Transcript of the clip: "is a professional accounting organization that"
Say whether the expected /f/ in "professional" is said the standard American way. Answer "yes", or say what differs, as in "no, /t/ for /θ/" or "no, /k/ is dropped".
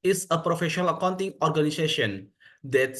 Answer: yes